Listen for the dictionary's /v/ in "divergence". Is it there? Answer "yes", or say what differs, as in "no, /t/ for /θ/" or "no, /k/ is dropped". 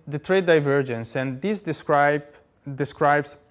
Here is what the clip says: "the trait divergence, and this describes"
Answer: yes